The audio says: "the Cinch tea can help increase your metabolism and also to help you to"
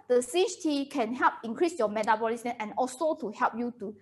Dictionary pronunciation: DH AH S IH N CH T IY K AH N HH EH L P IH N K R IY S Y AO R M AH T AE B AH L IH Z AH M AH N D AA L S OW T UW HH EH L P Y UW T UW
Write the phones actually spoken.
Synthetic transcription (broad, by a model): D AH S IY CH T IY K AH N HH EH L P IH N K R IY S Y AO M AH T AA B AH L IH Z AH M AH N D AA L S OW T UW HH EH L P Y UW T UW